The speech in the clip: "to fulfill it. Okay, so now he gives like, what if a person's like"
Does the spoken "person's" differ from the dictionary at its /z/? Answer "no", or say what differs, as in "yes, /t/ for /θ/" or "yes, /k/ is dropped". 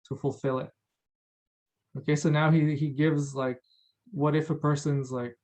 no